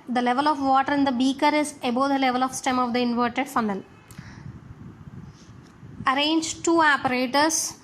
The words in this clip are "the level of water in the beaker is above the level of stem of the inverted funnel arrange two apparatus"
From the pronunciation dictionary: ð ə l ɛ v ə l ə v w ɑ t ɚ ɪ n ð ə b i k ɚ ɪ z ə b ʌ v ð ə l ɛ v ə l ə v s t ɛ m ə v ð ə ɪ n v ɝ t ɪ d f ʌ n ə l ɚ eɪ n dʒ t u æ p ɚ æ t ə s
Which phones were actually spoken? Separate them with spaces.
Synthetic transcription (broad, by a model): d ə l ɛ v ə l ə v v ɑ t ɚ ɪ n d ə b i k ɚ ɪ z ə b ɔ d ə l ɛ v ə l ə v s t ɛ m ə v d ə ɪ n v ɝ t ɪ d f ʌ n ə l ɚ eɪ n dʒ t u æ p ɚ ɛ t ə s